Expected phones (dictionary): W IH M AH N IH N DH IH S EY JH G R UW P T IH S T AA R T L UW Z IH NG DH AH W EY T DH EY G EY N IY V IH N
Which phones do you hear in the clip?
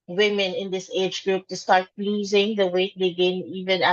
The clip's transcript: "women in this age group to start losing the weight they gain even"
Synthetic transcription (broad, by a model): W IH M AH N IH N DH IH S EY JH G R UW P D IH S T AA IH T L UW Z IH NG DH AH W EY T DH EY G EY N IY V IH N